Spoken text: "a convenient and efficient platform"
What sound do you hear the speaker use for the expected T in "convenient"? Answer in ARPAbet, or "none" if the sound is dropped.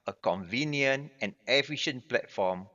none